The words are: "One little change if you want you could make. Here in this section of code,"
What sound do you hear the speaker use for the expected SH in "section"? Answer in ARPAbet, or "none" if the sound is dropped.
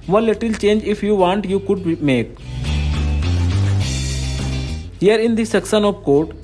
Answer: S